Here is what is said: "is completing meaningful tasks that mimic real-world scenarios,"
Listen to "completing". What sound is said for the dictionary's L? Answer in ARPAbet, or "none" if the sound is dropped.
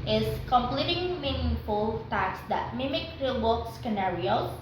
L